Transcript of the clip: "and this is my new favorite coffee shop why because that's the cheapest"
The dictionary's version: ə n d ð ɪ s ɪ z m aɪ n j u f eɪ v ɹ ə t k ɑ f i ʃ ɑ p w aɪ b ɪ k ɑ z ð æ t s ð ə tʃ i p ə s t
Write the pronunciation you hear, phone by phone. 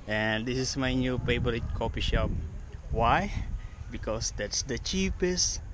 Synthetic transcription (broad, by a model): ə n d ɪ s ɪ s m aɪ n j u p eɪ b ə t k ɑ p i ʃ ɑ p w aɪ b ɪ k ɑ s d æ t s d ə tʃ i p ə s t